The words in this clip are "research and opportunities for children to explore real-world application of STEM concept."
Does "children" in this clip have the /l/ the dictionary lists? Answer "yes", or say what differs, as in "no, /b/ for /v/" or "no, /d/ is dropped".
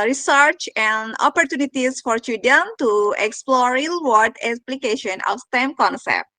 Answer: no, /l/ is dropped